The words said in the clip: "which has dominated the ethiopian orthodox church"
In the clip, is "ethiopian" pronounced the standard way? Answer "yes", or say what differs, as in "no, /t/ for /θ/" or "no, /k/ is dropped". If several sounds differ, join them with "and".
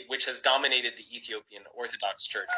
yes